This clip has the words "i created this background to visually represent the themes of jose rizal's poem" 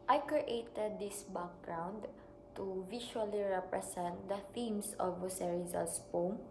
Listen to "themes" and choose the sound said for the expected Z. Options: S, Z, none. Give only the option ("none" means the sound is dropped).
S